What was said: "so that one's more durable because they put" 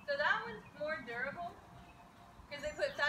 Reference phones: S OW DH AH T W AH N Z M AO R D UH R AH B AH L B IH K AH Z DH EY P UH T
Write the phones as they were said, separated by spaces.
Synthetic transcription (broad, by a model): S OW DH AH T W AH Z M AO R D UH R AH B L K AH Z DH EY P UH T